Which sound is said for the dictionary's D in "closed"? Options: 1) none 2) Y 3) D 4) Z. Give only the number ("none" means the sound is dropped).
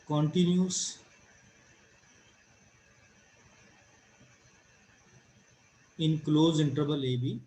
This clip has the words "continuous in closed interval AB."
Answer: 1